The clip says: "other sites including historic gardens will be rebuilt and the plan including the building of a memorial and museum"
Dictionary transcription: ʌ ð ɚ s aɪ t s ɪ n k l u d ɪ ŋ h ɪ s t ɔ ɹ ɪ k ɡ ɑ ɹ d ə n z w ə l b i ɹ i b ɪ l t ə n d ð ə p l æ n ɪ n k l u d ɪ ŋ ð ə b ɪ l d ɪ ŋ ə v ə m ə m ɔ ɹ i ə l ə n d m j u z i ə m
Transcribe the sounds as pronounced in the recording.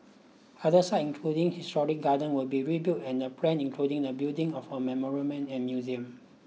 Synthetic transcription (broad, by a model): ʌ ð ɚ s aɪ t ɪ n k l u d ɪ ŋ h ɪ s t ɔ ɹ ɪ k ɡ ɑ d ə n w ə l b i ɹ i b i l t ə n d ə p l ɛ n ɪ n k l u d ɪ ŋ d ə b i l d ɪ ŋ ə f ə m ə m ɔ ɹ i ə n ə n m j u z i ə m